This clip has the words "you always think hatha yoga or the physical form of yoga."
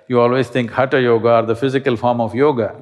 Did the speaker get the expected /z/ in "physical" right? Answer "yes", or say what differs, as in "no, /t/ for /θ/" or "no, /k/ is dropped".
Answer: yes